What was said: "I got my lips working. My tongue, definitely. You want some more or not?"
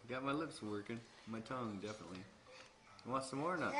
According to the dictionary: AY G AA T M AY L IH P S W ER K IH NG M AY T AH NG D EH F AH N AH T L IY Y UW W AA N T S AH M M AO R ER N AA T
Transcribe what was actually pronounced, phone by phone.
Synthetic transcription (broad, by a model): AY G AA T M AY L IH P S W ER K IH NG M AY T AH NG D EH F AH N AH T L IY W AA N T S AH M M AO R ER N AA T